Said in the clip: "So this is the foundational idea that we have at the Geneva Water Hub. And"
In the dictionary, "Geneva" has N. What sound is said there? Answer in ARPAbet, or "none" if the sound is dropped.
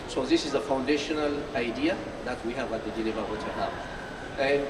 L